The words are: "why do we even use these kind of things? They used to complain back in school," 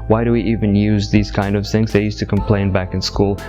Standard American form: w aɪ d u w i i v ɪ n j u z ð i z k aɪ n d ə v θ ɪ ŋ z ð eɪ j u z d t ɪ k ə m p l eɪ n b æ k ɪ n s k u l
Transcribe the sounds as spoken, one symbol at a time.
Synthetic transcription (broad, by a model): w aɪ d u w i i v ɪ n j u z ð i z k aɪ n d ə v θ ɪ ŋ z ð eɪ j u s t ɪ k ə m p l eɪ n b æ k ɪ n s k u l